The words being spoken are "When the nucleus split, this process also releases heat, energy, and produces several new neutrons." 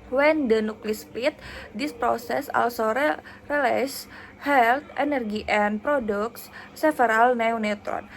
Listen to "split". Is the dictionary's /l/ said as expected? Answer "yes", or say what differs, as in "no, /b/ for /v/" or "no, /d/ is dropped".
no, /l/ is dropped